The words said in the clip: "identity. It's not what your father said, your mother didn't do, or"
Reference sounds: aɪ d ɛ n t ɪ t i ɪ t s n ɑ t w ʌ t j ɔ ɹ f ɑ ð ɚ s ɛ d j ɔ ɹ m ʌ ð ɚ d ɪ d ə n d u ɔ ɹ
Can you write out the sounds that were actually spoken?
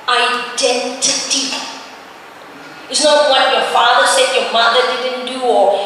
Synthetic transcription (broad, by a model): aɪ d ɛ n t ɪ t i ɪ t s n ɑ t w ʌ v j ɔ f ɑ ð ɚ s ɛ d j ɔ m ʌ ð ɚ d ɪ d ə n d u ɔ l